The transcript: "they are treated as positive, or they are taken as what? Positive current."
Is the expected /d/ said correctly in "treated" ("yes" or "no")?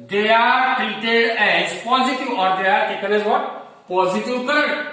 no